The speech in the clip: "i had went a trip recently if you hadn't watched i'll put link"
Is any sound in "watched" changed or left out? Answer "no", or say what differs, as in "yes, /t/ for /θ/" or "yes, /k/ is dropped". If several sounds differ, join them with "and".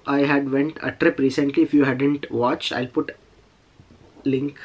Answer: yes, /t/ is dropped